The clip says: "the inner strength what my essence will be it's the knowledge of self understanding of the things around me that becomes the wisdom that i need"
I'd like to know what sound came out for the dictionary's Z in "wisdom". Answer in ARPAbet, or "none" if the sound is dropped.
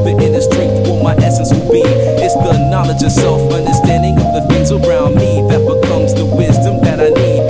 Z